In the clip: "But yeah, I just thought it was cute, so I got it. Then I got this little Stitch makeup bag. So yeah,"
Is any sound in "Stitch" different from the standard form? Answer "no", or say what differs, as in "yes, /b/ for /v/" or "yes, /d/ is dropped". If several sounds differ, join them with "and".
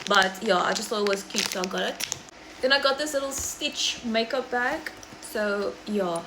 no